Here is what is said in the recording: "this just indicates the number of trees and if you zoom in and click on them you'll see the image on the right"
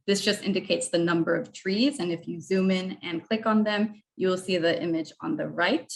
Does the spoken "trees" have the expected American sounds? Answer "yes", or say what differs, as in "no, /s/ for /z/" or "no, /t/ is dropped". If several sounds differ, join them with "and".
yes